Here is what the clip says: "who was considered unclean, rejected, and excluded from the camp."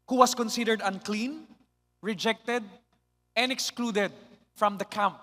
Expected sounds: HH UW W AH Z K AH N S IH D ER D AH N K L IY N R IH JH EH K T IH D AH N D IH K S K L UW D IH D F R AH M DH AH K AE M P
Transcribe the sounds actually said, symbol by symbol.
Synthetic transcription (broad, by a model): HH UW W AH S K AH N S IH D ER D AH N K L IY N R IH JH EH K T IH D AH N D IH K S K L UW D IH D F R AH M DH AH K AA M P